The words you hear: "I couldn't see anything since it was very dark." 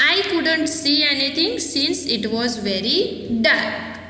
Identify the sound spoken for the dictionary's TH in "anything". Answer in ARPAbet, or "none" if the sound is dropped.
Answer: T